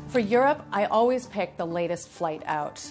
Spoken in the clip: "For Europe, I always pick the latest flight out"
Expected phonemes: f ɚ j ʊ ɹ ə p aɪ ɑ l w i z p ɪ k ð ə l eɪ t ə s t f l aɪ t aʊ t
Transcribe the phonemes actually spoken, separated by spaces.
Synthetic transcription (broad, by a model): f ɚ j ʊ ɹ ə p aɪ ɑ l w i z p ɪ k ð ə l eɪ t ə s t f l aɪ t aʊ t